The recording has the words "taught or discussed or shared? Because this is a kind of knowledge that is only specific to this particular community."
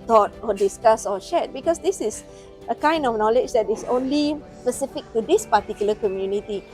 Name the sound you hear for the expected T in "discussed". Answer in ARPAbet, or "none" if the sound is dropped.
none